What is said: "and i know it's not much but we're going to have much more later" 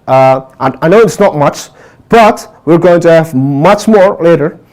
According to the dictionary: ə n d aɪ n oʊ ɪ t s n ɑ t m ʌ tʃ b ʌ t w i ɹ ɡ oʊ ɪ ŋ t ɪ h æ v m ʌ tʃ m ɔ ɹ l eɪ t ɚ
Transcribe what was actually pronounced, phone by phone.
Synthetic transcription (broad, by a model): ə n aɪ n oʊ ɪ t s n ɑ t m ʌ tʃ b ʌ t w i ɹ ɡ oʊ ɪ ŋ t ɪ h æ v m ʌ tʃ m ɔ ɹ l eɪ t ɚ